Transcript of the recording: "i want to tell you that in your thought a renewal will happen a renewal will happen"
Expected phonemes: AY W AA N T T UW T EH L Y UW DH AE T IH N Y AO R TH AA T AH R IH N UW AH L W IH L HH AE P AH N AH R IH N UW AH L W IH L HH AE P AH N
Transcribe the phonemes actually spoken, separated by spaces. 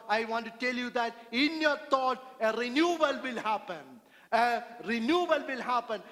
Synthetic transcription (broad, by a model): AY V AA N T T UW T EH L Y UW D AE T IH N Y AO R T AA T AH R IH N UW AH L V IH L HH AE P AH N AH R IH N UW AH L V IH L HH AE P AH N